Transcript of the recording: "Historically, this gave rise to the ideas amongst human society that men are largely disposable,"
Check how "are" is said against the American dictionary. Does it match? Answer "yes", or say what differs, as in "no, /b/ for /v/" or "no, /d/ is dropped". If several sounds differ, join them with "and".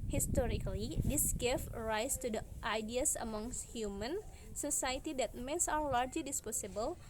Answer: no, /w/ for /ɹ/